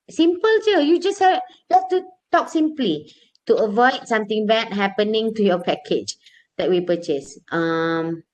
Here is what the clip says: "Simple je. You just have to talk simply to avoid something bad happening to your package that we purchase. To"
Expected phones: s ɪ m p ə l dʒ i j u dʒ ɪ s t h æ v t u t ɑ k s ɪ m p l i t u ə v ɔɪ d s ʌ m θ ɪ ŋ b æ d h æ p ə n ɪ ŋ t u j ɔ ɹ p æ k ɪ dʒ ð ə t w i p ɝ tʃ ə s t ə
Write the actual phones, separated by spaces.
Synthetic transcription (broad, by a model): s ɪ m p ə l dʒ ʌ j u dʒ ɪ s t h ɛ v t u t ɑ k s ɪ m p l i t u ə v ɔɪ d s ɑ m t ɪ ŋ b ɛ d h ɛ p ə n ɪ ŋ t u j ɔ p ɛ k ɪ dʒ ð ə t w i p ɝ tʃ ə s t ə